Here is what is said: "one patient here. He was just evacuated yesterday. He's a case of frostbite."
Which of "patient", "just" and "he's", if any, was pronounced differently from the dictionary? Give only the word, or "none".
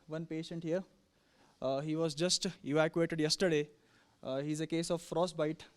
none